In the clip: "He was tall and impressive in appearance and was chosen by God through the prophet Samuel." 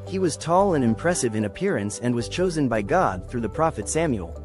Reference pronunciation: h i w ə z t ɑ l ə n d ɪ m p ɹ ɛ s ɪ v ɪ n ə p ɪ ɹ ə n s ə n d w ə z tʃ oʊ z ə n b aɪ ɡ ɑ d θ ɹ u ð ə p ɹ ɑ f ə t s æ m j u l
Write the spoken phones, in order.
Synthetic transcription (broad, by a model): h i w ə z t ɑ l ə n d ɪ m p ɹ ɛ s ɪ v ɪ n ə p ɪ ɹ ə n s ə n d w ə z tʃ oʊ z ə n b aɪ ɡ ɑ d θ ɹ u ð ə p ɹ ɑ f ə t s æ m j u l